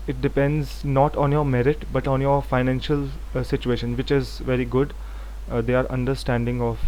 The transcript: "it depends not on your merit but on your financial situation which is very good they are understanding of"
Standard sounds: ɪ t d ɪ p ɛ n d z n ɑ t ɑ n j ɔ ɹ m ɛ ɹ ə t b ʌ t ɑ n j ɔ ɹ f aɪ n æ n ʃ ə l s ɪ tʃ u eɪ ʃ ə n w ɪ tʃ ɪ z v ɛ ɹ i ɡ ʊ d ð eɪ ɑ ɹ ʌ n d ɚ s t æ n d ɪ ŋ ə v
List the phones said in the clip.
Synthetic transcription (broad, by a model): ɪ t d ɪ p ɛ n d z n ɑ t ɑ n j ɔ ɹ m ɛ ɹ ə t b ʌ t ɑ n j ɔ ɹ f aɪ n æ n ʃ ə l s ɪ tʃ u eɪ ʃ ə n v ɪ tʃ ɪ z v ɛ ɹ i ɡ ʊ d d eɪ ɑ ɹ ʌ n d ɚ s t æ n d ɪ ŋ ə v